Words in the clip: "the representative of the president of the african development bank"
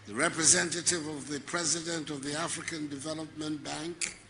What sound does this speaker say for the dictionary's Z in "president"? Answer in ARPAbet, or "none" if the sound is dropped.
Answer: Z